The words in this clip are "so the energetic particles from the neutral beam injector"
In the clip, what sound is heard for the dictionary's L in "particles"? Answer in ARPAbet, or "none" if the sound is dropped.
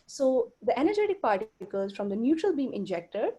none